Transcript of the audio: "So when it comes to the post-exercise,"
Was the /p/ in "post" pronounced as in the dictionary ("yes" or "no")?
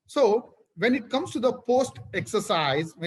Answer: yes